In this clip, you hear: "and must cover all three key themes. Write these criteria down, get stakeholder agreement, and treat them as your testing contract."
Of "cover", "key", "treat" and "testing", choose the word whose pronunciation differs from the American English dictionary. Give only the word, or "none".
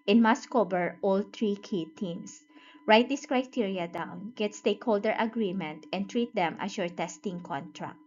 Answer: cover